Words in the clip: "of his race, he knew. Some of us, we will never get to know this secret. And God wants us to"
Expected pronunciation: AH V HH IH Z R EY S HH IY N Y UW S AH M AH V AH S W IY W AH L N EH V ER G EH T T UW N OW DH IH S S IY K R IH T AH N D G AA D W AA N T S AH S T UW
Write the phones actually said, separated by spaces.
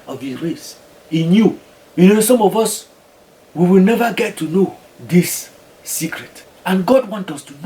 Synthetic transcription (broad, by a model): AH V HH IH R EY S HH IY N Y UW S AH M AH V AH S W IY W AH L N EH V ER G EH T T UW N OW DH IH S S IY K R IH T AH N G AA D W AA N T AH S T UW